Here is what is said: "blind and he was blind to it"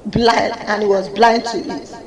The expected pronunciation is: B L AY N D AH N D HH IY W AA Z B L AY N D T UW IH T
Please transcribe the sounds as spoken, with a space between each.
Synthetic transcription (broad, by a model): B L AY N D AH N HH IY W AA Z B L AY N D T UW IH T